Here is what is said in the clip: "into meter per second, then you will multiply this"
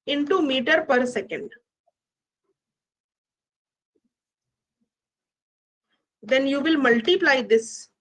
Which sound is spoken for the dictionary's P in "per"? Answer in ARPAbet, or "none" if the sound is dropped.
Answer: P